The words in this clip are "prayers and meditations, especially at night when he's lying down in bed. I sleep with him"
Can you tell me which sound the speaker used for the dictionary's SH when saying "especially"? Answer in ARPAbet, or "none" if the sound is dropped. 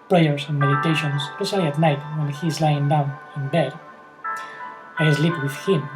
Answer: S